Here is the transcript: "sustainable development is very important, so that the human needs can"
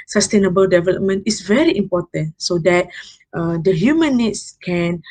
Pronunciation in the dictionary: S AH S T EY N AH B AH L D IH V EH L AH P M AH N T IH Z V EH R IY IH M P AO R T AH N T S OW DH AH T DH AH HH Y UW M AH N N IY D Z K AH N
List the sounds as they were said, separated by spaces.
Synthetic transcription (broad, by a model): S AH S T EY N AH B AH L D IH V EH L AH P M AH N T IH S V EH R IY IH M P AO T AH N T S OW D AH T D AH HH Y UW M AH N N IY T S K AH N